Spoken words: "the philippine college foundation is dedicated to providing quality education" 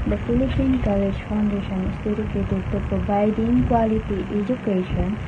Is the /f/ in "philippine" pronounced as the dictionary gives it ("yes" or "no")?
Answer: no